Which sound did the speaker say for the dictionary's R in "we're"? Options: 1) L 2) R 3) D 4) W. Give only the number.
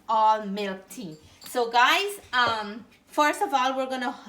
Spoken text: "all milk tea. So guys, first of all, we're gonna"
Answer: 2